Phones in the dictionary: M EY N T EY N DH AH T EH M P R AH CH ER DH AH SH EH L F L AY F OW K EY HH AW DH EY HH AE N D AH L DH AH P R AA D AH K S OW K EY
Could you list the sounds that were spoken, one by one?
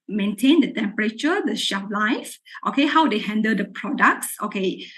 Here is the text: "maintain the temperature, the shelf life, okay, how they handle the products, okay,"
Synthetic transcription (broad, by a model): M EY N T EY N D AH T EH M P R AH CH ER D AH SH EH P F L AY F OW K EY HH AW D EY HH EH N D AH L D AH P R AA D AH K S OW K EY